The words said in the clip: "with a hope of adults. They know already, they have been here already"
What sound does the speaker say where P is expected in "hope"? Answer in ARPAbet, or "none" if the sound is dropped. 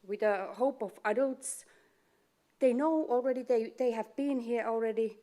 P